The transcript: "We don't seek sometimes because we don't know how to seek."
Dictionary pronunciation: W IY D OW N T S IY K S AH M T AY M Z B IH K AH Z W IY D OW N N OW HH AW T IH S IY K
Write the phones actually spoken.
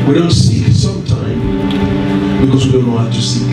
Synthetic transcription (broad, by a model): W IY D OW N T S IY S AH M T AY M B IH K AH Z W IY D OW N L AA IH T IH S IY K